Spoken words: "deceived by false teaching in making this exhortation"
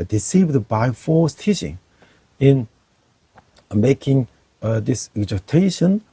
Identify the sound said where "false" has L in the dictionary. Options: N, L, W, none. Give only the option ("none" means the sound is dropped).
none